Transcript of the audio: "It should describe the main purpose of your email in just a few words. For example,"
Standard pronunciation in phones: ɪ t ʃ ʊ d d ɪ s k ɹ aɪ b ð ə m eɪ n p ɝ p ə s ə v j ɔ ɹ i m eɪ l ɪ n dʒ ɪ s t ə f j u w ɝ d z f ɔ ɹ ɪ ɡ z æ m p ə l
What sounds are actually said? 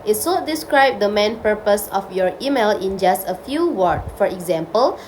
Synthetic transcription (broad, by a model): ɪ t s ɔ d d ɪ s k ɹ aɪ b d ə m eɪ n p ɝ p ə s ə f j ɔ ɹ i m eɪ l ɪ n dʒ ɪ s t ə f j u w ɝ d f ɔ ɹ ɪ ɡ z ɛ m p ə l